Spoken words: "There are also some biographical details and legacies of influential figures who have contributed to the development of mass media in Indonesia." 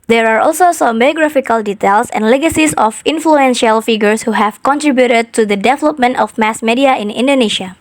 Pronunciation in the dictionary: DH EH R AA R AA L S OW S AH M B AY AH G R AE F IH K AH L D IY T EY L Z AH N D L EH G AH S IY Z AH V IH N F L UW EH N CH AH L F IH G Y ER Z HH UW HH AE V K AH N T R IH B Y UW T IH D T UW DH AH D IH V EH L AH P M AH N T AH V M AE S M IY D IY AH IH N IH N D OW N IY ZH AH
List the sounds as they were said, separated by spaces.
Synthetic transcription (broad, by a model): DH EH R AA R AA L S OW S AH M B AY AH G R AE F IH K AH L D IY T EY L S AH N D L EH G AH S IY S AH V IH N F L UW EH N SH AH L F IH G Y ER S HH UW HH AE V K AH N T R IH B Y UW T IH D T UW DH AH D IH V EH L AH P M AH N T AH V M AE S M IY D IY AH IH N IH N D OW N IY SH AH